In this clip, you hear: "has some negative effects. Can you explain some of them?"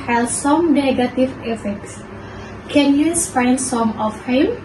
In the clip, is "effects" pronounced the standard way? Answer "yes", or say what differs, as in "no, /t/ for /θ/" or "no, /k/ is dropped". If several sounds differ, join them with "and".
yes